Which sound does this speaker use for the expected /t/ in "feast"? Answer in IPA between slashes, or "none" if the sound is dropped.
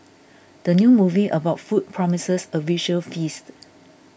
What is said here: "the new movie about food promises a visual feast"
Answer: /t/